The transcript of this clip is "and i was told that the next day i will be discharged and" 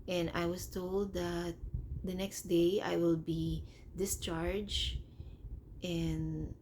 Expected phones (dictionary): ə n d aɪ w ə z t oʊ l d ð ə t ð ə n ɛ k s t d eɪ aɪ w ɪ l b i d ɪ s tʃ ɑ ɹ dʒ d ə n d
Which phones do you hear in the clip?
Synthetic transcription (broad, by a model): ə n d aɪ w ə s t oʊ l d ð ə t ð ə n ɛ k s t d eɪ aɪ w ɪ l b i d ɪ s tʃ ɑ ɹ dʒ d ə n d